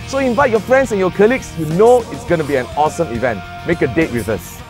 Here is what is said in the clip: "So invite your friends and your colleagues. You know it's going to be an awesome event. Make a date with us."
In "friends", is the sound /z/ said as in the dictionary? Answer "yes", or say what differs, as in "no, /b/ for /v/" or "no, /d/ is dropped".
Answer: no, /s/ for /z/